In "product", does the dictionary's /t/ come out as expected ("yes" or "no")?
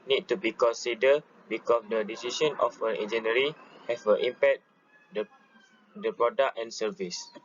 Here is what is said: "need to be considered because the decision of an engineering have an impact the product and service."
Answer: no